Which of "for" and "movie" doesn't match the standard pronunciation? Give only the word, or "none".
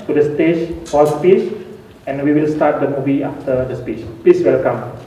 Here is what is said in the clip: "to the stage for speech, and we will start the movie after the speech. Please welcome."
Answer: for